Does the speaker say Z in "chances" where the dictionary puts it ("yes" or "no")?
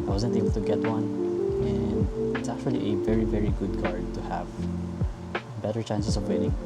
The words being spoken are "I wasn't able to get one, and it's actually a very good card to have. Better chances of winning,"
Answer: no